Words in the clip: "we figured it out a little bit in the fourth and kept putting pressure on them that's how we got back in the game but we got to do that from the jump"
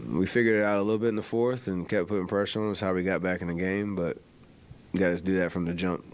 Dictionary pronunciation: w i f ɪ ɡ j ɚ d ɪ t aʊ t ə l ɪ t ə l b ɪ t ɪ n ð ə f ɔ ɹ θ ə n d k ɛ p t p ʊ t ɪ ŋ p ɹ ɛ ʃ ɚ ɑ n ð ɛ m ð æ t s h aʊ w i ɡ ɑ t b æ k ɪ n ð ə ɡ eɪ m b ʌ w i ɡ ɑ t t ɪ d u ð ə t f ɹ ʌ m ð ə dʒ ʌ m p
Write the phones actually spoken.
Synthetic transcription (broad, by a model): w i f ɪ ɡ j ɚ d ɪ t aʊ t ə l ɪ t l b ɪ t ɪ n ð ə f ɔ ɹ θ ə n k ɛ p p ʊ t ɪ ŋ p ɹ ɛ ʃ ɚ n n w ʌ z h aʊ w i ɡ ɑ t b æ k ɪ n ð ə ɡ eɪ m b ʌ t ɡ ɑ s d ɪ ð ə t f ɹ ʌ m ð ə dʒ ʌ m p